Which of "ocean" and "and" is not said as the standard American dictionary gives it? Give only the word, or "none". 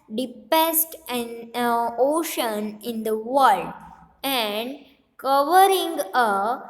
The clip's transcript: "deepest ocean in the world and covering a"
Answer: none